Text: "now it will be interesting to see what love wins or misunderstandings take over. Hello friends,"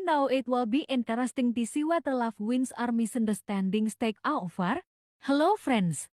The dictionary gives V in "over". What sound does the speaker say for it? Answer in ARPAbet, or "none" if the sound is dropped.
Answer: F